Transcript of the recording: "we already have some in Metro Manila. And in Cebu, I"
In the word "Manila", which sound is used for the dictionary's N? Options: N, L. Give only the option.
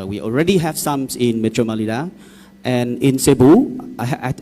L